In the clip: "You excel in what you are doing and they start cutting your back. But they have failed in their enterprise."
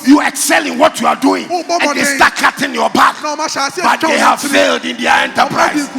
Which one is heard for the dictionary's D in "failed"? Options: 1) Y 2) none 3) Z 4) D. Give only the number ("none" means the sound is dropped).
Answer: 4